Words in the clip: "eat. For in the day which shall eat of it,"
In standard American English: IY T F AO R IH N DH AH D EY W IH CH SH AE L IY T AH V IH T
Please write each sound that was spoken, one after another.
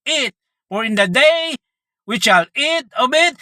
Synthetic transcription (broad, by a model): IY T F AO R IH N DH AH D EY W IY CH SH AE L IY T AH B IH T